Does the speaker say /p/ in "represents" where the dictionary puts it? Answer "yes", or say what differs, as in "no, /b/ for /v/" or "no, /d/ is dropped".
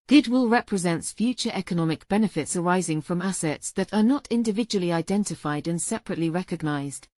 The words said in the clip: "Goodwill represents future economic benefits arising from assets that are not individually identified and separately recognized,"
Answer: yes